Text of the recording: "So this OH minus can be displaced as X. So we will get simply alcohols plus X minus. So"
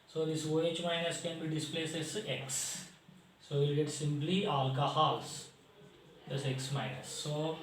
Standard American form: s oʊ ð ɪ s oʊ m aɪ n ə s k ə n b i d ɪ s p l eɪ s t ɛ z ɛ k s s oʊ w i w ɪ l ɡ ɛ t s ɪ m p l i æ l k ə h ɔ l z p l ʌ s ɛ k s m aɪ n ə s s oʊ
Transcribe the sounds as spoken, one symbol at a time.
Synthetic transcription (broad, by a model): s oʊ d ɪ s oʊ m aɪ n ə s k ə n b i d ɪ s p l eɪ s ɛ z ɛ k s s oʊ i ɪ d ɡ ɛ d s ɪ m p l i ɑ l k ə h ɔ l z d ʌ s ɛ k s m aɪ n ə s s oʊ